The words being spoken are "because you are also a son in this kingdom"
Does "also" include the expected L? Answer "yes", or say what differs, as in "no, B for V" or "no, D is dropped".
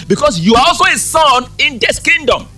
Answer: yes